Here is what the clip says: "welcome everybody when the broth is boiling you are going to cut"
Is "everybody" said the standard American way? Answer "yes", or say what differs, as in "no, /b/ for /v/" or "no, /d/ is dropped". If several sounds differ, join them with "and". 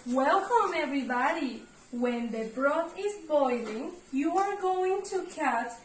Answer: yes